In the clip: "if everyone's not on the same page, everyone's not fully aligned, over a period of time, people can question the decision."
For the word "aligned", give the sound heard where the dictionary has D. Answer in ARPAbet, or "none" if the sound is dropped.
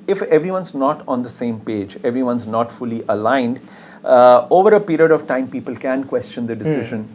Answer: D